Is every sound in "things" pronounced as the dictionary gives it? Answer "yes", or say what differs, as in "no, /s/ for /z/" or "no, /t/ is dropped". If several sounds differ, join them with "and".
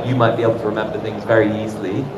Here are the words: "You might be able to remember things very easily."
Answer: yes